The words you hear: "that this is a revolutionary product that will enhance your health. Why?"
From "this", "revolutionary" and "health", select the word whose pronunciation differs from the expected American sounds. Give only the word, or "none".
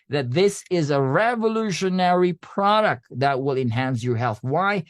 none